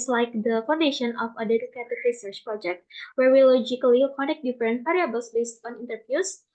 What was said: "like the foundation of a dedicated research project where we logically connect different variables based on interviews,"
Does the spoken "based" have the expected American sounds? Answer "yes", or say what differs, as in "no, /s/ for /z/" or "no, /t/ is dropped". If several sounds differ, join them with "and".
yes